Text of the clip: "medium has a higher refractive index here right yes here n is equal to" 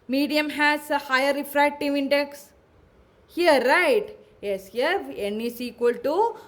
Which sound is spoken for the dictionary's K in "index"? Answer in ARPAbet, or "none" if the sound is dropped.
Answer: K